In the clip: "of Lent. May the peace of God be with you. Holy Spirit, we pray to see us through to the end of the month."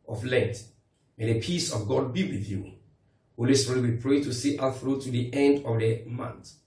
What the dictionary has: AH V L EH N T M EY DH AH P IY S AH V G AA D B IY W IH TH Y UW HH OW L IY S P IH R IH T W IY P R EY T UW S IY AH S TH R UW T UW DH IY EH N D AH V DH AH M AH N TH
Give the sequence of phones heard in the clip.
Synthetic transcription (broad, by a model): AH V L EH N T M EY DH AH P IY S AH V G AA D B IY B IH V Y UW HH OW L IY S AO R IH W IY P R EY T UW S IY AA TH R UW T UW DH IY EH N D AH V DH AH M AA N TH